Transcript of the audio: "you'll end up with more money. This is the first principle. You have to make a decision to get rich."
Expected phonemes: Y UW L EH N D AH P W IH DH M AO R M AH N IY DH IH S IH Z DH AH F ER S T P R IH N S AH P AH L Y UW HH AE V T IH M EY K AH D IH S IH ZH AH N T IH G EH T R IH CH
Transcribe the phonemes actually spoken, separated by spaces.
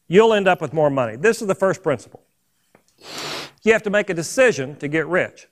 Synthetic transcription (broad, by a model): Y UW L EH N D AH P W IH DH M AO R M AH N IY DH IH S IH Z DH AH F ER S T P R IH N S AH P L Y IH HH AE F T IH M EY K AH D IH S IH ZH AH N T IH G EH T R IH CH